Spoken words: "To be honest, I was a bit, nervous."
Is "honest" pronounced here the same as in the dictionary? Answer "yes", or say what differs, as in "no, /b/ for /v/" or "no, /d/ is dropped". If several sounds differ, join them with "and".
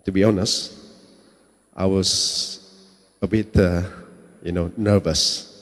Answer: yes